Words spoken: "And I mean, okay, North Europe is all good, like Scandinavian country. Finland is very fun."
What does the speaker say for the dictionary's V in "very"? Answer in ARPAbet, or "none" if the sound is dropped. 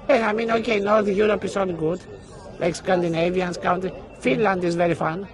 V